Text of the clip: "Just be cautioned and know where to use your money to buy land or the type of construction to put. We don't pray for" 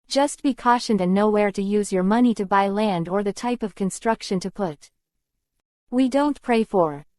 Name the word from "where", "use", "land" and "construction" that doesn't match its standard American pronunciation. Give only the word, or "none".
none